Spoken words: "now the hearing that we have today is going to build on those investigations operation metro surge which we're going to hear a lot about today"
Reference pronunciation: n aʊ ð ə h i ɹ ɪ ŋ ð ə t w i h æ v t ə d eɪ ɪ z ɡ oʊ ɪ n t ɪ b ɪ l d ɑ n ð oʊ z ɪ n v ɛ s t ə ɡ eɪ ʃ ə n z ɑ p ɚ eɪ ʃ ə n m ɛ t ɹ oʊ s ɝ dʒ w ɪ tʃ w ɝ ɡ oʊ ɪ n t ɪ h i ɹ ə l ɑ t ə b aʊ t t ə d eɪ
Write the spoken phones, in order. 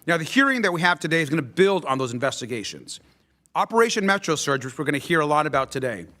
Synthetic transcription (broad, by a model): n aʊ ð ə h i ɹ ɪ ŋ ð ə t w i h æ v t ə d eɪ ɪ z ɡ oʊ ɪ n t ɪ b ɪ l d n ð oʊ z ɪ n v ɛ s t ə ɡ eɪ ʃ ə n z ɑ p ɚ eɪ ʃ ə n m ɛ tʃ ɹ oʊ s ɝ dʒ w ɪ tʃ w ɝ ɡ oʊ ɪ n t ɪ h i ɹ ə l ɑ t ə b aʊ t t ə d eɪ